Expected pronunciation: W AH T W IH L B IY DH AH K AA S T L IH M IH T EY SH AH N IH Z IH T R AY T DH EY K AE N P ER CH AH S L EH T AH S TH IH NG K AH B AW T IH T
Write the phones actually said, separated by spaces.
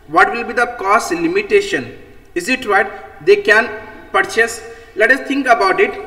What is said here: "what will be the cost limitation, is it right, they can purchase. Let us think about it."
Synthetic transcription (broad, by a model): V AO T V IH L B IY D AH K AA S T L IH M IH T EY SH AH N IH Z IH T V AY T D EY K AE N P ER CH AH S L EH T AH S T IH NG K AH B AW T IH T